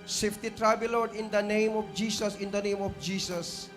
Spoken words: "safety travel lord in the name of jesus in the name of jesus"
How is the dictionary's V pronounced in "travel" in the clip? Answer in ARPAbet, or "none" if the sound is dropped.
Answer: B